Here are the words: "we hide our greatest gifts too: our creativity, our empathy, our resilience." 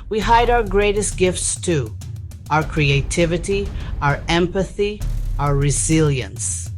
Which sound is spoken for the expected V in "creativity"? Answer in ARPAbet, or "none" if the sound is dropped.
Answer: V